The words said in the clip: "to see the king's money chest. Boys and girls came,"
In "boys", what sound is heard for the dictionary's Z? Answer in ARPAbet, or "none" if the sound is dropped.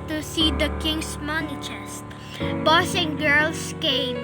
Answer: S